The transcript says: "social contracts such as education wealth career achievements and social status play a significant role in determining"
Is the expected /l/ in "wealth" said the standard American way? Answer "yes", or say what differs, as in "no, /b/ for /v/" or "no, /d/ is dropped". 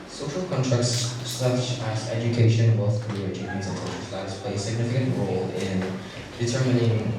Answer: no, /l/ is dropped